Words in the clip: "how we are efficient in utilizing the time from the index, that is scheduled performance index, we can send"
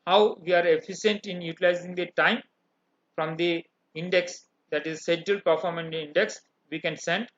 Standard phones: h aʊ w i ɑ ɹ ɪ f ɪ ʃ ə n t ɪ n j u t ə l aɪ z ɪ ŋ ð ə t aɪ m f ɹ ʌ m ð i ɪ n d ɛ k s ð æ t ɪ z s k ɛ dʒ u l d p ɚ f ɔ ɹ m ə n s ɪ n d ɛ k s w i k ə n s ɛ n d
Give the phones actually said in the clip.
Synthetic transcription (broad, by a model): h aʊ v i ɑ ɹ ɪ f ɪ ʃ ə n t ɪ n j u t ə l aɪ z ɪ ŋ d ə t aɪ m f ɹ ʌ m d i ɪ n d ɛ k s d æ t ɪ z s ɛ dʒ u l p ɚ f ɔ ɹ m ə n ɪ n d ɛ k s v i k ə n s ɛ n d